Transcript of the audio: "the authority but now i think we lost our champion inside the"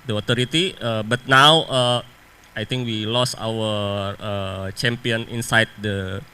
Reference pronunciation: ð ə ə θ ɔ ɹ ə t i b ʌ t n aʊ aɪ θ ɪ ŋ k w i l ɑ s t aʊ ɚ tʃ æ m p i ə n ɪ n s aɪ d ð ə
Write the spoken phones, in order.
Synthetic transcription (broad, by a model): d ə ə t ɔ ɹ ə t i b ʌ t n aʊ aɪ t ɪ ŋ k w i l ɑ s aʊ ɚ tʃ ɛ m p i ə n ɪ n s aɪ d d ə